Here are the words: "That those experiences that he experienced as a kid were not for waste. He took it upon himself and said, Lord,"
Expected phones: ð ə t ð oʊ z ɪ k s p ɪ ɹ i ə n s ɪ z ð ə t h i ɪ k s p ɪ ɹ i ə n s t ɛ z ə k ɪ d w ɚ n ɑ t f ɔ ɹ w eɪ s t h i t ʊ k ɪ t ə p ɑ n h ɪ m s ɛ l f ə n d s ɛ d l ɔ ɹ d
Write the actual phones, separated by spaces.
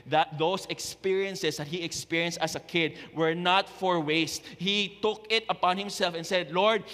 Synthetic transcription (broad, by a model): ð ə t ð oʊ s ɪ k s p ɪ ɹ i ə n s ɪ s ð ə t h i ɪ k s p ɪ ɹ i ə n s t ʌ s ə k ɪ d w ɚ n ɑ t f ɔ ɹ w eɪ s t h i t ʊ k ɪ t ə p ɑ n h ɪ m s ɛ l f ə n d s ɛ d l ɔ ɹ d